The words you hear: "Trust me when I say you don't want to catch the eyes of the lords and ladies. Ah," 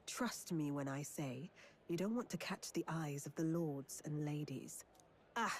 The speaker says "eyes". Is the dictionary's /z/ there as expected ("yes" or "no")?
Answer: yes